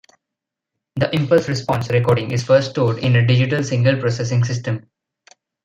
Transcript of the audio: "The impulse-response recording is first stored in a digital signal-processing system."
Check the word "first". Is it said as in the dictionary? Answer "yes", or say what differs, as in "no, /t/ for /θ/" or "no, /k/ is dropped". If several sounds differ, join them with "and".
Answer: no, /s/ is dropped